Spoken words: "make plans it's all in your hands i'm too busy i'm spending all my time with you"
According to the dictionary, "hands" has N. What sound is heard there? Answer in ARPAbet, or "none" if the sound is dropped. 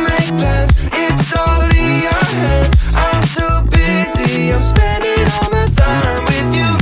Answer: none